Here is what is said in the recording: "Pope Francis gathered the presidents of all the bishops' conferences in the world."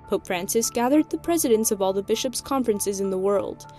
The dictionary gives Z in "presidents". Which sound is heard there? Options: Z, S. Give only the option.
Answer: Z